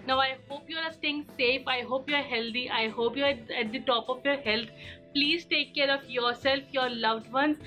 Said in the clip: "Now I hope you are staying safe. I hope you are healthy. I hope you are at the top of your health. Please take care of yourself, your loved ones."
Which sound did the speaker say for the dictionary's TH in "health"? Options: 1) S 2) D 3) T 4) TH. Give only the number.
3